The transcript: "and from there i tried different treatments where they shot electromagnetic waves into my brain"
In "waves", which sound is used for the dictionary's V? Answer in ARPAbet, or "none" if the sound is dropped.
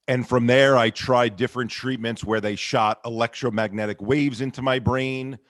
V